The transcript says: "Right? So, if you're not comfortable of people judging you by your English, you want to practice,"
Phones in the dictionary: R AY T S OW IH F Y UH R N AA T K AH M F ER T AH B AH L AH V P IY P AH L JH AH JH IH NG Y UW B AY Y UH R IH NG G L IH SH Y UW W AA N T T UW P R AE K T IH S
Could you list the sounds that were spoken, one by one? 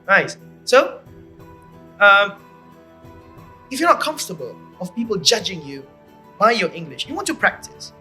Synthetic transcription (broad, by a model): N AY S S OW IH F Y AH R N AA T K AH M F T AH B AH L AH V P IY P AH L JH AH JH IH NG Y UW B AY Y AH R IH NG G L IH SH Y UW W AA N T T UW P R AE K T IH S